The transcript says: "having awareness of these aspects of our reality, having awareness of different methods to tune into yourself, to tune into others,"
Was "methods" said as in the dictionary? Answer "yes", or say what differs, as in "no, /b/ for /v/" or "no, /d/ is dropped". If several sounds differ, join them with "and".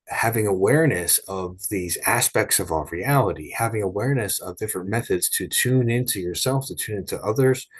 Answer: yes